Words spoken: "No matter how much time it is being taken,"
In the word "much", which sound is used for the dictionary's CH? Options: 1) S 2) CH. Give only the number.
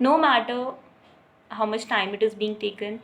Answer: 2